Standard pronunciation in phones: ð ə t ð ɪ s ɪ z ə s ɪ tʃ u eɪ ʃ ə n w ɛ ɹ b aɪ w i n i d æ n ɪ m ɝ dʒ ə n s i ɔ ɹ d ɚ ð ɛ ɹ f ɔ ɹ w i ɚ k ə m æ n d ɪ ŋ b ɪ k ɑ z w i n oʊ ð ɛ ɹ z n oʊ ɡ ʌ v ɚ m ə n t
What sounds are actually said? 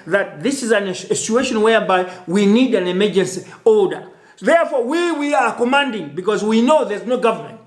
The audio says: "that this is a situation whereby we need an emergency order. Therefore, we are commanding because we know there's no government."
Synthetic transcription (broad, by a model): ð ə t ð ɪ s ɪ z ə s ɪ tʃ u eɪ ʃ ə n w ɛ ɹ b aɪ w i n i d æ n ɪ m ɝ dʒ ə n s i ɔ l d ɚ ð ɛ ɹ f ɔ w w i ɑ k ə m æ n d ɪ ŋ b ɪ k ɑ z w i n oʊ ð ɛ ɹ z n oʊ ɡ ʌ v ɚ m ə n t